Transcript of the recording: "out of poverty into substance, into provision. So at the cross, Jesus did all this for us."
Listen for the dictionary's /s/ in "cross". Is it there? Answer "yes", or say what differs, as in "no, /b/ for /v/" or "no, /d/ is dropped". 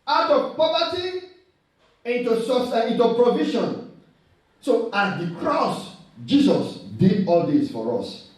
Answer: yes